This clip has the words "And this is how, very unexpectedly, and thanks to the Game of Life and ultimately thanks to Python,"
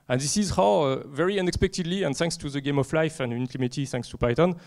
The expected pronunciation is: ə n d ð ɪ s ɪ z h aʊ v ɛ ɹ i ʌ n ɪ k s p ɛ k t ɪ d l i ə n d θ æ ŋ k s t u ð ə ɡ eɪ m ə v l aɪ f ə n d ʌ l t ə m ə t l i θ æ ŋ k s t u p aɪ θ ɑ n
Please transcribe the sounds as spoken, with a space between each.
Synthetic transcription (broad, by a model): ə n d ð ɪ s ɪ z h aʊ v ɛ ɹ i ʌ n ɪ k s p ɛ k t ɪ d l i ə n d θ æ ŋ k s t u ð ə ɡ eɪ m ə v l aɪ f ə n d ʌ n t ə m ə t i θ æ ŋ k s t u p aɪ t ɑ n